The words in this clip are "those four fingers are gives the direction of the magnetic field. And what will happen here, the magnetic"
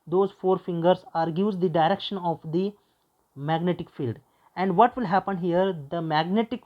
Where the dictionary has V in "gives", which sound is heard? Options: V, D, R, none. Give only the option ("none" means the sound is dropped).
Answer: none